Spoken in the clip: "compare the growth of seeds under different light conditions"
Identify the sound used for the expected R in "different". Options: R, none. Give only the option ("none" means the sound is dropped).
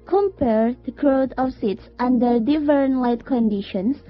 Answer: none